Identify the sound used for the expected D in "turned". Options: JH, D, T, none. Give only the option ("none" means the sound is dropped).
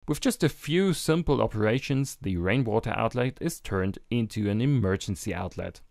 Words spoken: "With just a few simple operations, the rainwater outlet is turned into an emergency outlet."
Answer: D